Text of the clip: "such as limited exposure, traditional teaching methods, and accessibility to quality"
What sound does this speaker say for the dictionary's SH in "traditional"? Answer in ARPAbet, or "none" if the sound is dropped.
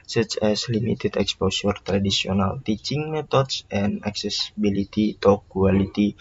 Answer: S